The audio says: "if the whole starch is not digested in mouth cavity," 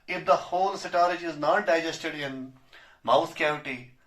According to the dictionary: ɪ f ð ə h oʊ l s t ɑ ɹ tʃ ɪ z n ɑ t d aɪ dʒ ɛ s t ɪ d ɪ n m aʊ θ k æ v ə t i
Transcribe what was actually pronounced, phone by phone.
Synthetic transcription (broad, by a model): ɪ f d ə h oʊ l s t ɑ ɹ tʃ ɪ z n ɑ t d aɪ dʒ ɛ s t ɪ d ɪ n m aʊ s k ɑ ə t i